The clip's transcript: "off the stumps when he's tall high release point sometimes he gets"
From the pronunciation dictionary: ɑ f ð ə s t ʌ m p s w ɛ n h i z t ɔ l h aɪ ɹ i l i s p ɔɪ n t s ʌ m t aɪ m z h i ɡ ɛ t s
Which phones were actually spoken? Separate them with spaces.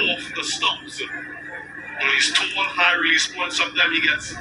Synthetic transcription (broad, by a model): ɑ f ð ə s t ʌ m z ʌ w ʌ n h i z t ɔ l h aɪ ɹ i l i s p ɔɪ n s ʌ m t aɪ m h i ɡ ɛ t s